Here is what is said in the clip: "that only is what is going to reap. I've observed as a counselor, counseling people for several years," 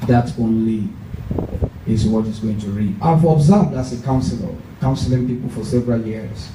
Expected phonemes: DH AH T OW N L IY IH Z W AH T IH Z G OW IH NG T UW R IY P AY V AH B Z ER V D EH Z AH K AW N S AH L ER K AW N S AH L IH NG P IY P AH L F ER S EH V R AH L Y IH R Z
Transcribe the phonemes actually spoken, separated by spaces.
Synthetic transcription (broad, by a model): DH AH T OW N L IY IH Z W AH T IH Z G OW IH NG T UW R IY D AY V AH B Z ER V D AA S AH K AW N S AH L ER K AW N S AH L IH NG P IY P AH L F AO S EH V R AH L Y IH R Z